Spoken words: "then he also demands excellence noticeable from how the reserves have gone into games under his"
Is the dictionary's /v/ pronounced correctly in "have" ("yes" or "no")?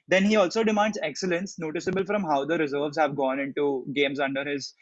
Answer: yes